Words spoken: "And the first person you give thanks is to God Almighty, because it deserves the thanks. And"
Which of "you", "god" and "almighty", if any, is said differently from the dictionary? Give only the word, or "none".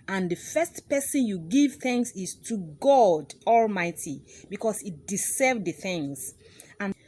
none